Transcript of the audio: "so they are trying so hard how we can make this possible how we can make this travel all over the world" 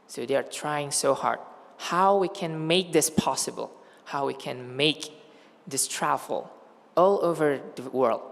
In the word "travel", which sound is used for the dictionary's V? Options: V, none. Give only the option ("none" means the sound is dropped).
none